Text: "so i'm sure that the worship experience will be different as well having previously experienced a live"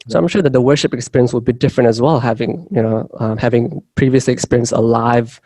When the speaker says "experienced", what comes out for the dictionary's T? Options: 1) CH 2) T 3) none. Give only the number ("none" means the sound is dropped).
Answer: 3